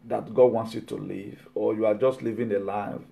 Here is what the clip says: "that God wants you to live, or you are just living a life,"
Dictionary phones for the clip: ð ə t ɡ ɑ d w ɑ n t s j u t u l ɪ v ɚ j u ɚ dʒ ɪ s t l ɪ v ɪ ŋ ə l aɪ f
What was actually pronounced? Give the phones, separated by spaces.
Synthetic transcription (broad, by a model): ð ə t ɡ ɑ d w ɑ n t s j u t u l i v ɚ j u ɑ dʒ ɪ s t l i v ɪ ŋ ə l aɪ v